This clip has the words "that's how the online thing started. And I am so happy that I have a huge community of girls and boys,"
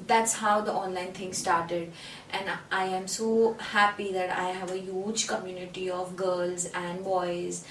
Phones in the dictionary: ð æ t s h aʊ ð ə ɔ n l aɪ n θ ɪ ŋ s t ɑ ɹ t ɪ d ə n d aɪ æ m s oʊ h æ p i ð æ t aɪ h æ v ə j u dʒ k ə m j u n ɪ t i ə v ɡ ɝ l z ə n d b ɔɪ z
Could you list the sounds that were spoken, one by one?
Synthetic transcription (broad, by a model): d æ t s h aʊ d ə ɔ n l aɪ n t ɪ ŋ s t ɑ ɹ t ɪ d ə n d aɪ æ m s oʊ h æ p i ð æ t aɪ h æ v ə j u dʒ k ə m j u n ɪ t i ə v ɡ ɝ l z ə n d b ɔɪ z